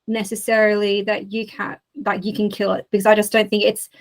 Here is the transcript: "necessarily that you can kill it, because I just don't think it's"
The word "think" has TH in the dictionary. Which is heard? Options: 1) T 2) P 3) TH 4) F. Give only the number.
3